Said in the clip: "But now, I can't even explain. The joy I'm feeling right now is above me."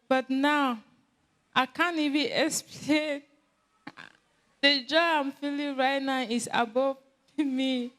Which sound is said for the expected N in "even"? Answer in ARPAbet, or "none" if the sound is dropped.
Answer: none